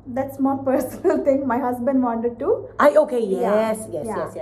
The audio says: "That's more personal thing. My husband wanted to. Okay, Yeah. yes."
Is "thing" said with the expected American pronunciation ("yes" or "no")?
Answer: no